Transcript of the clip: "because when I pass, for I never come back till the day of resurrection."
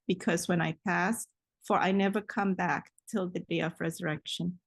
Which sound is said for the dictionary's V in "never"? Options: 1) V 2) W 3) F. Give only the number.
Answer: 1